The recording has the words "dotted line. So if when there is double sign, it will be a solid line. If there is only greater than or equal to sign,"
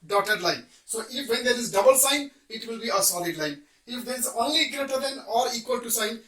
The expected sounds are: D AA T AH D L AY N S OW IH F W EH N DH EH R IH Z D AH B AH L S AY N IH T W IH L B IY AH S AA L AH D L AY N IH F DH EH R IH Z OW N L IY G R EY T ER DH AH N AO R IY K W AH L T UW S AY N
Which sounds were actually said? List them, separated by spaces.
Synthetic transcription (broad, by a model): D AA T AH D L AY N S OW IH F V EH N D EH R IH Z D AH B AH L S AY N IH T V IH L B IY AH S AA L AH D L AY N IH F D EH R IH Z OW N L IY G R EY T ER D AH N AO R IY K W AH L T UW S AY N